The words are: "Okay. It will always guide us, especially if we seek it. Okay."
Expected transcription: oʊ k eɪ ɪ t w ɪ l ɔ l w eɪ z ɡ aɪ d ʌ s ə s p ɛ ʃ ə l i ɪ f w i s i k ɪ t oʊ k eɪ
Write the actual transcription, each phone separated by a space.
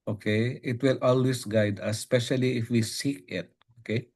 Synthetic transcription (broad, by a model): oʊ k eɪ ɪ t w ɪ l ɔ l w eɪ s ɡ aɪ d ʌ ə s p ɛ ʃ ə l i ɪ f w i s i k ɪ t oʊ k eɪ